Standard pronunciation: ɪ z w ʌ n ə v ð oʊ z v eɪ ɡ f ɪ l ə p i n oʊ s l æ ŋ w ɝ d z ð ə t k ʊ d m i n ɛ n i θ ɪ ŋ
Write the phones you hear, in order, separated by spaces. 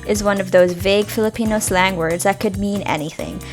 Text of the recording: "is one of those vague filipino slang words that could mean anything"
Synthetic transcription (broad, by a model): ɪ z w ʌ n ə v ð oʊ z v eɪ ɡ f ɪ l ə p i n oʊ s l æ ŋ w ɝ d z ð ə t k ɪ d m i n ɛ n i θ ɪ ŋ